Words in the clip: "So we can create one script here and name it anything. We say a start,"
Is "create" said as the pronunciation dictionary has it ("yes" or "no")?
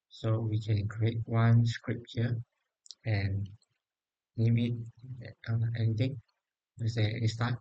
yes